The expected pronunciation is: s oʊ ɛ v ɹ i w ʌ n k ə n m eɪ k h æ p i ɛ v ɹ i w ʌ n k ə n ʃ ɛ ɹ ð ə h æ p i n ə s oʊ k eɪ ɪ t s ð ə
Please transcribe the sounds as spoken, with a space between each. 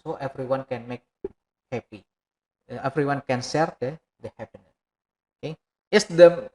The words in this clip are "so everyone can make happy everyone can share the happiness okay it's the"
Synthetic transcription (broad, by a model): oʊ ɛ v ɹ i w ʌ n k ə n m eɪ k h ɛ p i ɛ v ɹ i w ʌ n k ə n s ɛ ɹ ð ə h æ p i n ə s oʊ k eɪ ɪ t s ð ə